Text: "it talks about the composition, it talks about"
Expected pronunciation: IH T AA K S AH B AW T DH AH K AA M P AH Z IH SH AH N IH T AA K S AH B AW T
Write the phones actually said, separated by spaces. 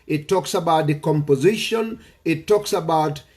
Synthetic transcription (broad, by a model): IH T AA K S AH B AW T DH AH K AA M P AH Z IH SH AH N IH T AA K S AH B AW T